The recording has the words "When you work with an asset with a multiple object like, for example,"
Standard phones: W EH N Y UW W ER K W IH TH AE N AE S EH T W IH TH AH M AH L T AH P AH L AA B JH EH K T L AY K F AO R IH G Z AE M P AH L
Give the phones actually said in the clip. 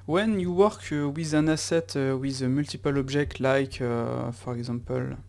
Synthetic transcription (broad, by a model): W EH N Y UW W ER K W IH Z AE N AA S EH T W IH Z AH M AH L T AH P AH L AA B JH EH K T L AY K F AO R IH G Z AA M P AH L